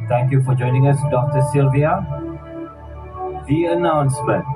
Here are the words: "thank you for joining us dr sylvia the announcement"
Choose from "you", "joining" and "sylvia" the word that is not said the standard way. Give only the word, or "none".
none